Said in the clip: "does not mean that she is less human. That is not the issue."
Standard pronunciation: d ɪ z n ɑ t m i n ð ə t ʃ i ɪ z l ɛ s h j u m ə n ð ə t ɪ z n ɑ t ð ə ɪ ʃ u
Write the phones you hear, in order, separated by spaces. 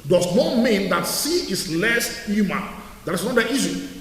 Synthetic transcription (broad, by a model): d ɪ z n ɑ t m i n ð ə t s i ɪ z l ɛ s h j u m ə n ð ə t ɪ s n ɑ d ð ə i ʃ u